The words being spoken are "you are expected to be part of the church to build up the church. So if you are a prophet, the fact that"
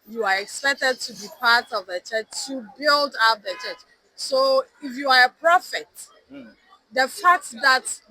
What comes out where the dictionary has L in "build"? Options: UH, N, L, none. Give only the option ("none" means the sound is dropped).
L